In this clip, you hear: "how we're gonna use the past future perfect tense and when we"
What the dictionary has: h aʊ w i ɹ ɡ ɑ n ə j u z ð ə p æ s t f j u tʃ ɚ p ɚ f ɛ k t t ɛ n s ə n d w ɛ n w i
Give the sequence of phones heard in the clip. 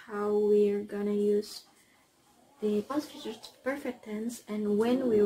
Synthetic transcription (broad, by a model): h aʊ w i ɹ ɡ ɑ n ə j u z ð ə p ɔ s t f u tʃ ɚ p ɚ f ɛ k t t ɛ n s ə n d w ɛ n w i